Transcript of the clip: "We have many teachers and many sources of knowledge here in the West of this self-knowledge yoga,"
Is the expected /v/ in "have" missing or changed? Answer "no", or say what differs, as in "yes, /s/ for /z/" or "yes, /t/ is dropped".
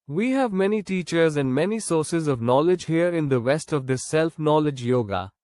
no